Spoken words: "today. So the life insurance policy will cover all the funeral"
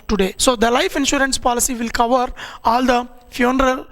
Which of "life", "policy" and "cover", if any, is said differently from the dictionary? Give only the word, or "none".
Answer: none